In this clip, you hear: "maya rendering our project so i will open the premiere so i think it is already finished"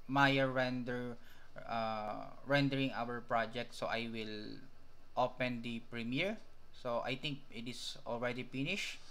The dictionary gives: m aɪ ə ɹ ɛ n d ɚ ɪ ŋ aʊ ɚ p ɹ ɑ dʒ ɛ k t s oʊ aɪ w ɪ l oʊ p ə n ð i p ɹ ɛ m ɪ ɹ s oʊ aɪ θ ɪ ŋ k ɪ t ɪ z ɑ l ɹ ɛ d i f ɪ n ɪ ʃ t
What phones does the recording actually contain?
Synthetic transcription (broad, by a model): m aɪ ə ɹ ɛ n d ɚ ɪ ŋ aʊ ɚ p ɹ ɑ dʒ ɛ k t s oʊ aɪ w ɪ l oʊ p ə n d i p ɹ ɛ m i ɹ s oʊ aɪ t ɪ ŋ k ɪ t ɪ s ɑ l ɹ ɛ d i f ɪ n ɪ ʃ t